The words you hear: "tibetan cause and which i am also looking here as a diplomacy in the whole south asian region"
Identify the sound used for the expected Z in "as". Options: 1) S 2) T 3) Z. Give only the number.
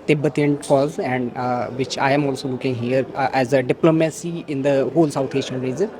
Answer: 3